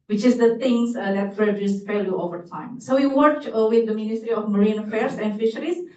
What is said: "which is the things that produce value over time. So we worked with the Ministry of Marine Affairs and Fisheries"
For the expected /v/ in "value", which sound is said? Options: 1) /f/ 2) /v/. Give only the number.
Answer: 1